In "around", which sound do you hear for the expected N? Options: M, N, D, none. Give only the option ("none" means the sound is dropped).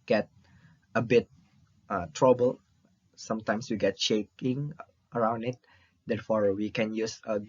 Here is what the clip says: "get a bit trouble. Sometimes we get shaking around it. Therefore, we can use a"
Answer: N